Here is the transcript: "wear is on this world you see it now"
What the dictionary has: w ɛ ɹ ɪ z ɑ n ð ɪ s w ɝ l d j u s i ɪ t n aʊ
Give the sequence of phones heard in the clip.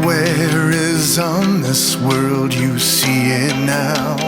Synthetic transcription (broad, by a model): w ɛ ɹ ɪ z n ð ɪ s w ɝ l d j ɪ s i ɪ t n aʊ